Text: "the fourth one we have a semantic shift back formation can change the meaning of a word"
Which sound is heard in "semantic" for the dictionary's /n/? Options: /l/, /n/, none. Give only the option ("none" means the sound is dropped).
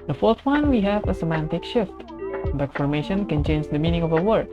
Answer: /n/